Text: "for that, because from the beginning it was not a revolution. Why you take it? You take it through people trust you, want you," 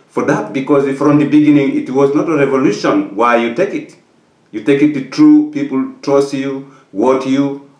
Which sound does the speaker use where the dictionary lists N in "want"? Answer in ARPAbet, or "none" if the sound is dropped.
none